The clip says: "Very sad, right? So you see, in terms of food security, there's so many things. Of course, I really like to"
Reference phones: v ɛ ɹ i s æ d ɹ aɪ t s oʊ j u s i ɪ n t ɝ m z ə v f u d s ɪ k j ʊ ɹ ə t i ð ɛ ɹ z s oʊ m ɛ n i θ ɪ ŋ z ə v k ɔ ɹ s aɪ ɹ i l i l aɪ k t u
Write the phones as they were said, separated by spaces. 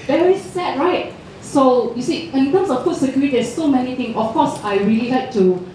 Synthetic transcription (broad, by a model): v ɛ ɹ i s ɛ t ɹ aɪ t s oʊ j u s i ɪ n t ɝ m s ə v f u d s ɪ k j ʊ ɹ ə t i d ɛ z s oʊ m ɛ n i t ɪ ŋ ə f k ɔ s aɪ ɹ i l i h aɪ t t u